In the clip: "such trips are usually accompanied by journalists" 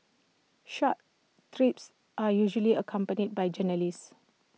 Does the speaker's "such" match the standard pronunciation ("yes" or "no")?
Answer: no